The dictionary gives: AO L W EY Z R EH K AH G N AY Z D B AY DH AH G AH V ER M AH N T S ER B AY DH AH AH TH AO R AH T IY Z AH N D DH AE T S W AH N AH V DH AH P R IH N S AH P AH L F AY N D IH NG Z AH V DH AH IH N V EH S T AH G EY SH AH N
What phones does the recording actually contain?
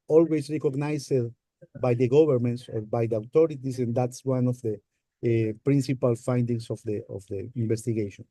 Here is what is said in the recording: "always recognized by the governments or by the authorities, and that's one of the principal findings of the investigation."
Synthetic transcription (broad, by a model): AO L W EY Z R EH K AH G N AY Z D B AY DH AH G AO B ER M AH N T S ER B AY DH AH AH T AO R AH T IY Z AH N D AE T S W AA N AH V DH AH P R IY N S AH P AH L F AY N D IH NG S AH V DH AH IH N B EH S T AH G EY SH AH N